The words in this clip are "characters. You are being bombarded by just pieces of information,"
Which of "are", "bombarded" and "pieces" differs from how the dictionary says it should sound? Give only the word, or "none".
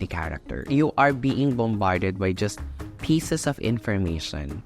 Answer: pieces